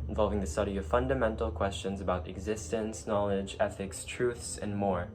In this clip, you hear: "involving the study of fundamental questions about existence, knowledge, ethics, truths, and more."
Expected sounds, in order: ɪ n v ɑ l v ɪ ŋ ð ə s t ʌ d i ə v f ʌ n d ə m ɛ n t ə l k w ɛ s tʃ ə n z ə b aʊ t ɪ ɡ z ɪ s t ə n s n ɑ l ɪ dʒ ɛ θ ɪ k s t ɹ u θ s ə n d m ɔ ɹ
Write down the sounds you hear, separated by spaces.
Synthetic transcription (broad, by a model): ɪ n v ɑ l v ɪ ŋ ð ə s t ʌ d i ə v f ʌ n d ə m ɛ n t l k w ɛ s tʃ ə n z ə b aʊ t ɪ ɡ z ɪ s t ə n s n ɑ l ɪ dʒ ɛ θ ɪ k s t ɹ u θ s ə n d m ɔ ɹ